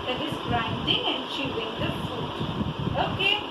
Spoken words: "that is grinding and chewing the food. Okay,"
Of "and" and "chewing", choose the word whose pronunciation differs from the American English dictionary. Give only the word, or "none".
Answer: chewing